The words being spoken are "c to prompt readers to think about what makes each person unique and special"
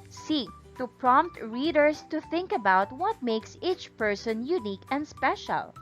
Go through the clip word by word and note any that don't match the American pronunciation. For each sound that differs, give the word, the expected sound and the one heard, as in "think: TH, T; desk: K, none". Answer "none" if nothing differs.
readers: Z, S